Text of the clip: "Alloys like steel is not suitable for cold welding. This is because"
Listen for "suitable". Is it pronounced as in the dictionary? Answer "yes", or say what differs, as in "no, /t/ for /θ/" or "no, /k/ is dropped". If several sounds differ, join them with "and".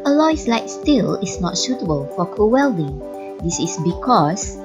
no, /ʃ/ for /s/